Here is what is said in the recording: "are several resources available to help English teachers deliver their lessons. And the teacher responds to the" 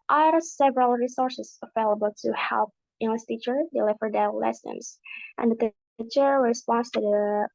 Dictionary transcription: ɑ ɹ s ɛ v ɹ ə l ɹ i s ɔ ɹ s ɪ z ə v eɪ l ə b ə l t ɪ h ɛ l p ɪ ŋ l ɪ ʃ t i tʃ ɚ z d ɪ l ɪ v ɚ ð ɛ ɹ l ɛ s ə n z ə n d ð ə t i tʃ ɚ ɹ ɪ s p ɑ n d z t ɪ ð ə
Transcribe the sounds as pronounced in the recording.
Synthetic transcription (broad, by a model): ɑ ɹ s ɛ v ɹ ə l ɹ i s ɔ ɹ s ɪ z ə v eɪ l ə b ə l t ɪ h ɛ l p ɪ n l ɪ s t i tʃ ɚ d ɪ l ɪ v ɚ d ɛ l l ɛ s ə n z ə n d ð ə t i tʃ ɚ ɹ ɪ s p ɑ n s t ɪ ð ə